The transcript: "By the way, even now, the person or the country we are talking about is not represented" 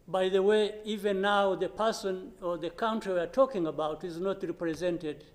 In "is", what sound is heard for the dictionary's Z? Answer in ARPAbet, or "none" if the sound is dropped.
Z